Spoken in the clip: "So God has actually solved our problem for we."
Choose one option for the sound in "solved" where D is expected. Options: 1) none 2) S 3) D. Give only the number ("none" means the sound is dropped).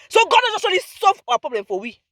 1